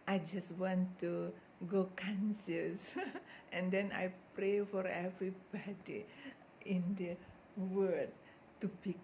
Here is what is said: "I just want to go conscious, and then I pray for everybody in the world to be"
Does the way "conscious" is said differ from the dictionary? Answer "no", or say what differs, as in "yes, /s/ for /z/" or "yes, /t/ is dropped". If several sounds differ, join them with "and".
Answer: yes, /s/ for /ʃ/